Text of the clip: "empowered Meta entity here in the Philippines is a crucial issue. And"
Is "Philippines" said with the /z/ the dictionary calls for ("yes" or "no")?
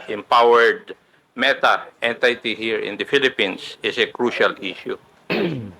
no